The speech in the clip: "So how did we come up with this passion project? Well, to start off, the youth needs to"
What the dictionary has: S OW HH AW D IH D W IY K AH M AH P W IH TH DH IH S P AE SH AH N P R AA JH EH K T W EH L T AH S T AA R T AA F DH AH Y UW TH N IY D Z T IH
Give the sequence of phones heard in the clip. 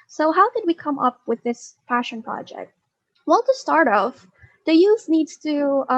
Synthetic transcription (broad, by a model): S OW HH AW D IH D W IY K AH M AH P W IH DH IH S F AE SH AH N P R AA JH EH K T W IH L T AH S T AA R T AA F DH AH Y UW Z N IY D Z T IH